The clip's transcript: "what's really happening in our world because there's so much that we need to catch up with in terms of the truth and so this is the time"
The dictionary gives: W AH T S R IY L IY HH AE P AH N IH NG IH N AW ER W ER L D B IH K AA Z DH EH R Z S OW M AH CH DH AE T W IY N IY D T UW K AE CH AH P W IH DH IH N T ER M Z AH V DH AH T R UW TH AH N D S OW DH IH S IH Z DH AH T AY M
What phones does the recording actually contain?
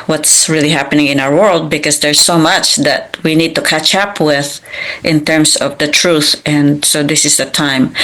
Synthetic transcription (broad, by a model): W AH T S R IY L IY HH AE P AH N IH NG IH N AW ER W ER L D B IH K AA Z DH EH R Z S OW M AH CH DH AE T W IY N IY D T UW K AE CH AH P W IH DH IH N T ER M S AH V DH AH T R UW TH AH N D S OW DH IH S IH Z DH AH T AY M